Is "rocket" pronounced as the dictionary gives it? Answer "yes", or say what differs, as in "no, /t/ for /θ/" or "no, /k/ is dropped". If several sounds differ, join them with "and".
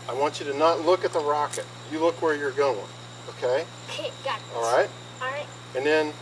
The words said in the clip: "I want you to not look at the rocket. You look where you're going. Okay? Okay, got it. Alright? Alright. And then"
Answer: yes